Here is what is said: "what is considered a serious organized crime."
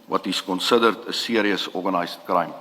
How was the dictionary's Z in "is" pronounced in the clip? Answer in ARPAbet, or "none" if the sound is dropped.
S